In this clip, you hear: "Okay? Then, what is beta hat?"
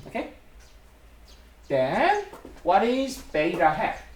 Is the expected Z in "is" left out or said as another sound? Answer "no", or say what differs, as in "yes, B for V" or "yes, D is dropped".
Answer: no